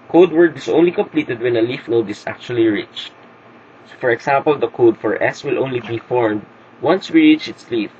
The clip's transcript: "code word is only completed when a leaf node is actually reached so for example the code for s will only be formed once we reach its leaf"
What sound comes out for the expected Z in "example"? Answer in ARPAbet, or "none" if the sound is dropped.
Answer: S